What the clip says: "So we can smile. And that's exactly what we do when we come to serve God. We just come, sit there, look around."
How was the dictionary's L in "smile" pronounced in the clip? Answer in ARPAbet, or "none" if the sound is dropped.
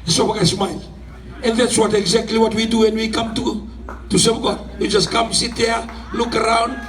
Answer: N